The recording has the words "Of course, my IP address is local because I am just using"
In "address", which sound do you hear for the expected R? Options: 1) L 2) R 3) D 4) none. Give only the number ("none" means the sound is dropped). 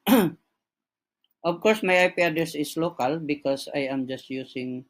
4